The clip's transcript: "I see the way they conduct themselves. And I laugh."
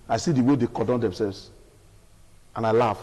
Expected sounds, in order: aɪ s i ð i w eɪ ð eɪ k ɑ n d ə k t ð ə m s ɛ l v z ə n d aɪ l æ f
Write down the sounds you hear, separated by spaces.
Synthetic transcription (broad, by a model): aɪ s i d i w eɪ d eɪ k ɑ d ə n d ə m s ɛ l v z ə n aɪ l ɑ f